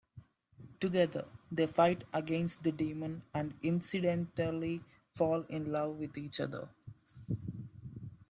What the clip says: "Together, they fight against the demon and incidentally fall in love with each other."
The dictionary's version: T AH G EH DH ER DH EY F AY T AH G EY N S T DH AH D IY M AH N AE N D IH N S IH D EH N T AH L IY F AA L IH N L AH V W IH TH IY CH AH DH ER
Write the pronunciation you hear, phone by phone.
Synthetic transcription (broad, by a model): T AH G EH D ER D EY F AY T AH G EY N S T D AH D IY M AH N AE N D IH N S IH D EH N T AH L IY F AA L IH N L AH V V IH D IY CH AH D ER